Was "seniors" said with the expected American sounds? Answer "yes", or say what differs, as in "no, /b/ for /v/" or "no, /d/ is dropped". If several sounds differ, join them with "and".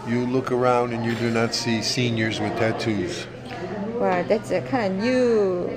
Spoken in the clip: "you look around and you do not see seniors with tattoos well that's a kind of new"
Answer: yes